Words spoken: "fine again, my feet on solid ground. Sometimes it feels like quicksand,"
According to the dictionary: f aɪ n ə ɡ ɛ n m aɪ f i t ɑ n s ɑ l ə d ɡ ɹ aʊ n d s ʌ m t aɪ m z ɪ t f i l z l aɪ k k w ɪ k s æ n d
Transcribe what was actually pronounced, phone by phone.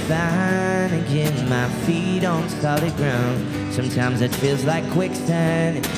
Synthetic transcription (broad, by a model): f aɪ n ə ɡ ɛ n m aɪ f i t n s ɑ l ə ɡ ɹ aʊ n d s ʌ m t aɪ m z ɪ t f i l z l aɪ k k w ɪ k s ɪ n